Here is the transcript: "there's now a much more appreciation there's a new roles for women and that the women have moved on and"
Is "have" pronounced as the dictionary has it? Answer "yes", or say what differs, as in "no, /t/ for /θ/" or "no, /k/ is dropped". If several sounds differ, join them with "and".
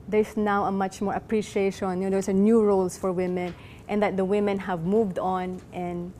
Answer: yes